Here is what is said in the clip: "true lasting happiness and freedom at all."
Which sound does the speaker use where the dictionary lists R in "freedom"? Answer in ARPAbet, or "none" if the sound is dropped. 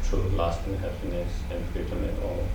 none